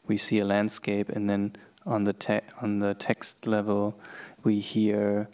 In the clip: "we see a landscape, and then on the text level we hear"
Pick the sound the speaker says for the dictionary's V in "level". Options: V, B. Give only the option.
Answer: V